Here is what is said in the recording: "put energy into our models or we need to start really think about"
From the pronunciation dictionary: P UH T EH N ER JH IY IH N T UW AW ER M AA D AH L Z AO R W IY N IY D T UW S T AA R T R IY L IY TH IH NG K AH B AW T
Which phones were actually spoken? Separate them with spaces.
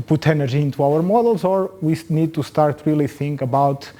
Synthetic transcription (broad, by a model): P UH T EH N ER ZH IY IH N T UW AW ER M AA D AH L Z AO R W IY N IY D T UW S T AA R T R IY L IY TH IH NG K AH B AW T